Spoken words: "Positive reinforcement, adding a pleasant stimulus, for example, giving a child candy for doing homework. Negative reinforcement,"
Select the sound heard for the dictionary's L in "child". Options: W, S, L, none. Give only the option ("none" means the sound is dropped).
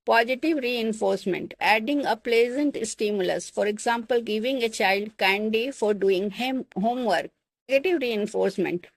L